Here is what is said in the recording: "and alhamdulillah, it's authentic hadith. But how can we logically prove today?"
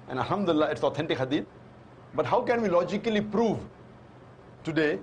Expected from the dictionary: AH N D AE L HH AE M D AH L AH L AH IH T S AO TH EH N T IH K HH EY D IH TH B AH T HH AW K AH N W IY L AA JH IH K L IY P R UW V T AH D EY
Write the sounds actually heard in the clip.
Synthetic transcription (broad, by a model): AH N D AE L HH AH M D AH AH L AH IH T S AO T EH N T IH K HH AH D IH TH B AH T HH AW K AH N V IY L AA JH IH K L IY P R UW V T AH D EY